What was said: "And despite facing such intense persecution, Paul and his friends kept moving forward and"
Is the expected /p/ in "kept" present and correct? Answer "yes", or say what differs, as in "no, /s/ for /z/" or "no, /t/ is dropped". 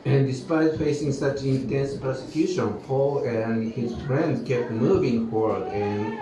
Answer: yes